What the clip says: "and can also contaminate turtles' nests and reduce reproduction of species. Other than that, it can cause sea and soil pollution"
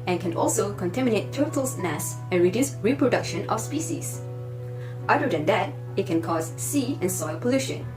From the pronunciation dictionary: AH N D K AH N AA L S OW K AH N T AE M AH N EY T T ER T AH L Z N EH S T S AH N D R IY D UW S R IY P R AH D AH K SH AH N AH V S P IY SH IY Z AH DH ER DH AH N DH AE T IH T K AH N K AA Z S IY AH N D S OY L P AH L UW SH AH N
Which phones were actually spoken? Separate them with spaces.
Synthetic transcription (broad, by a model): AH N K AH N AA L S OW K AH N T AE M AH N EY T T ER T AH L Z N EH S S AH N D R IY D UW S R IY P R AH D AH K SH AH N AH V S P IY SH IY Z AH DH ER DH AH N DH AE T IH T K AH N K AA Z S IY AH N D S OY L P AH L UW SH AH N